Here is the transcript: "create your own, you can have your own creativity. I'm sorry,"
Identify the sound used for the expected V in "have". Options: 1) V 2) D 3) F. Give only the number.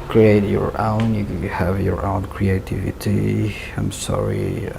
1